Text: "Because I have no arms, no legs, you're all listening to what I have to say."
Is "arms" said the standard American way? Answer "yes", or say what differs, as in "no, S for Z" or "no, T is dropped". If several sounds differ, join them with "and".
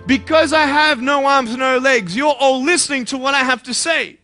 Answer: yes